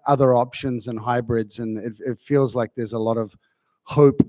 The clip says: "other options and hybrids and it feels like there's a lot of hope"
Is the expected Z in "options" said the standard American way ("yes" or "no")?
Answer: yes